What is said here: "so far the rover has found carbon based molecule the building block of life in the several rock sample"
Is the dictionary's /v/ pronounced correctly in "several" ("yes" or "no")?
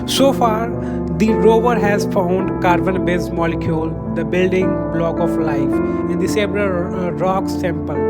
no